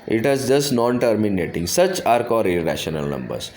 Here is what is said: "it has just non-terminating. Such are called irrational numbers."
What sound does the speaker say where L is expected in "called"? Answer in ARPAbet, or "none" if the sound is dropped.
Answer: none